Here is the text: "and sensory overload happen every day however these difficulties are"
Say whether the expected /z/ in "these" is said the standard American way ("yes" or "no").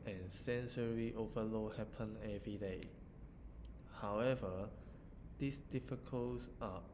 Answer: no